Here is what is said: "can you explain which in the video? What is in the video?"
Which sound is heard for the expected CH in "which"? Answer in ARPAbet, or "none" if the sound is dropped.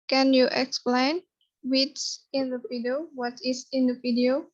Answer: S